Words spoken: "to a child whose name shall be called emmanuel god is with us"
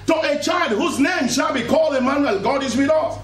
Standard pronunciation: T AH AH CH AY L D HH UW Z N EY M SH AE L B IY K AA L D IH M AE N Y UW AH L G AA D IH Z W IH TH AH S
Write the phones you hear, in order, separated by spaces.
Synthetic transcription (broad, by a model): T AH AH CH AY L D HH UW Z N EY M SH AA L B IY K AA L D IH M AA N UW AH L G AA D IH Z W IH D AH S